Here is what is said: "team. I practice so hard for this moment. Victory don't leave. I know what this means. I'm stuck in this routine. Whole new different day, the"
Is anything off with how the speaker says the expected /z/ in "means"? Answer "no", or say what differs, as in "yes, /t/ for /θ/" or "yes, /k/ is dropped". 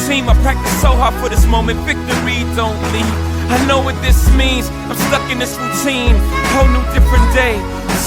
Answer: no